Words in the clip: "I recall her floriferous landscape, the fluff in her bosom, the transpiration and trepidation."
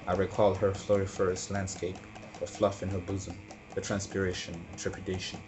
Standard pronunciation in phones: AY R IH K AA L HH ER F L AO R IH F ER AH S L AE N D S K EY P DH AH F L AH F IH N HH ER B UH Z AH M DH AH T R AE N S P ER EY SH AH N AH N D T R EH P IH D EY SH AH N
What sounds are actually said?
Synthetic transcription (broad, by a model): AY R IH K AA L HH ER F L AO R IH F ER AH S L AE N D S K EY P DH AH F L AH F IH N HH ER B UH Z AH M DH AH T R AE N S P ER EY SH AH N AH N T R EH P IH D EY SH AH N